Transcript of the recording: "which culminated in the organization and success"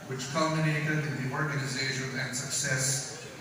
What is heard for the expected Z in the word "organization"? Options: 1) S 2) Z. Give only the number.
2